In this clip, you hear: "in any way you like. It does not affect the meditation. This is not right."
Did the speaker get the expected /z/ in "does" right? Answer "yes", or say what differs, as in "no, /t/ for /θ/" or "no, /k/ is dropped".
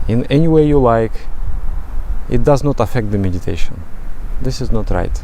yes